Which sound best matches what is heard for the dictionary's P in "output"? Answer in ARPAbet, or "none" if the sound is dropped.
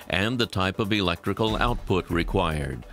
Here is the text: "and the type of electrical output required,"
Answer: P